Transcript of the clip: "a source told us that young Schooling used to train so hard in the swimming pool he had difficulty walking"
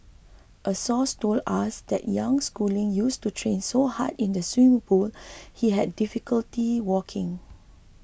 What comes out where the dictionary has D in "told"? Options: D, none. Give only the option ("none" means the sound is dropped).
none